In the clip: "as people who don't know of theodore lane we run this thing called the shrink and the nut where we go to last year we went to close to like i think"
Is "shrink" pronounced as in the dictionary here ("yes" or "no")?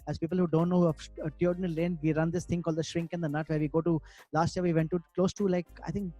yes